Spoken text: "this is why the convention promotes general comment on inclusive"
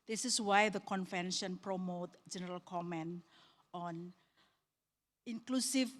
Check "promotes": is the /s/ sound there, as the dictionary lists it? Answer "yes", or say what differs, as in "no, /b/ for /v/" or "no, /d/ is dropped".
no, /s/ is dropped